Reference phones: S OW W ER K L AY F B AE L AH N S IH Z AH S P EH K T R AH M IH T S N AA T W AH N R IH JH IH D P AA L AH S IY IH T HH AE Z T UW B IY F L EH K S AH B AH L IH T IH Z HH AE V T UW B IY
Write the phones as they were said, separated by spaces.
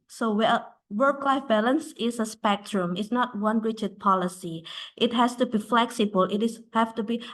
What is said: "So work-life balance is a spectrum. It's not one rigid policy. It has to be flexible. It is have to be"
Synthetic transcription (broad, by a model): S OW W ER K L AY F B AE L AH N S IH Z AH S P EH K T R AH M IH T S N AA T W AH N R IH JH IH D P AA L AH S IY IH T HH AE S T UW B IY F L EH K S AH B AH L IH T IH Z HH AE F T UW B IY